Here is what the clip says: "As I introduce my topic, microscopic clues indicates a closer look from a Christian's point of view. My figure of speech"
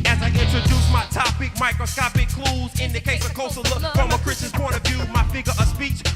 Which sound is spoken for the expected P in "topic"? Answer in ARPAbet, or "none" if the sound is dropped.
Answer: P